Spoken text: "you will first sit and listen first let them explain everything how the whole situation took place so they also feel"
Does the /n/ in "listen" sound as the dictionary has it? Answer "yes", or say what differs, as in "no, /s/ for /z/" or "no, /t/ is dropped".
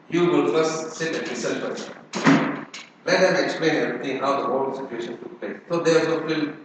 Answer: no, /l/ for /n/